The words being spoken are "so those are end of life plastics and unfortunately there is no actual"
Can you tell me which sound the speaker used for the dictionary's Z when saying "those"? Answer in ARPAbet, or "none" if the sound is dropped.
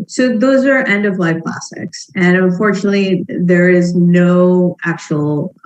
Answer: Z